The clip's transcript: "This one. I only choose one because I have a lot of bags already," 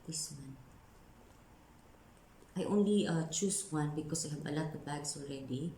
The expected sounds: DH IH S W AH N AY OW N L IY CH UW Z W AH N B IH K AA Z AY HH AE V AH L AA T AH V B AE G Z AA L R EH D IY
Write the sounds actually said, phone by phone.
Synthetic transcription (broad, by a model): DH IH S W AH N AY OW N L IY CH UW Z W AH N B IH K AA S AY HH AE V AH L AA T AH V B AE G S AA L R EH D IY